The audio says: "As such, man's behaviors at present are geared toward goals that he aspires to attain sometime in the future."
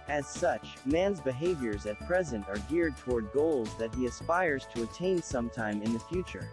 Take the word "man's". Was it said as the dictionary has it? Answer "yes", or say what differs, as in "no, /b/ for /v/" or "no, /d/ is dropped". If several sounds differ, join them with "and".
yes